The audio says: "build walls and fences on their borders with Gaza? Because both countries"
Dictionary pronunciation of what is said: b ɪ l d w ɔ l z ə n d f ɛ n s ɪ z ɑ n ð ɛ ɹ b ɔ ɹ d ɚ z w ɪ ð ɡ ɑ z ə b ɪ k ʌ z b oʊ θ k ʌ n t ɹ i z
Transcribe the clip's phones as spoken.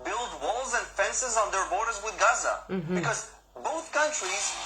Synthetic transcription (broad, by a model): b ɪ l d w ɔ l z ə n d f ɛ n s ɪ z n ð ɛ ɹ b ɔ ɹ d ɚ z w ɪ ð ɡ ɑ z ə b ɪ k ʌ z b oʊ θ k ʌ n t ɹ i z